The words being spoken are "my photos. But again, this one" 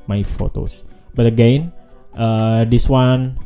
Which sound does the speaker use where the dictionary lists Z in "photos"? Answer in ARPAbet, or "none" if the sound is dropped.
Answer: S